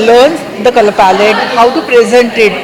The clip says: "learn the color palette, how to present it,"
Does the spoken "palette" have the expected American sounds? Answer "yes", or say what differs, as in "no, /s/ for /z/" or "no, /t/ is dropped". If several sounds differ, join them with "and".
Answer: yes